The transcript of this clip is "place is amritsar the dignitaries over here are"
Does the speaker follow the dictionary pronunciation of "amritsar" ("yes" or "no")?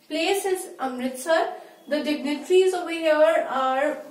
yes